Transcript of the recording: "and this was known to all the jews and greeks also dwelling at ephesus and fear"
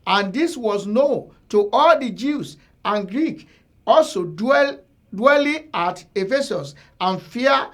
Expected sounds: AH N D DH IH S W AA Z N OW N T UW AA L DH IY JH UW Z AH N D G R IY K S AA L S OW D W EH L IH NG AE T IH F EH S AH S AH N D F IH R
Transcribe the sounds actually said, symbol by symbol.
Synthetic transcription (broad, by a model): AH N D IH S W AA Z N OW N T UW AA L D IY JH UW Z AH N G R IY K AA L S OW D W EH L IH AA T IH F EH S AH S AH N F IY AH